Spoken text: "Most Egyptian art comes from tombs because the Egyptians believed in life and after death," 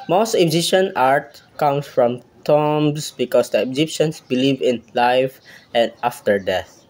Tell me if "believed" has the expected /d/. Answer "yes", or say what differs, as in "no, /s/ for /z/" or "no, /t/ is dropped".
no, /d/ is dropped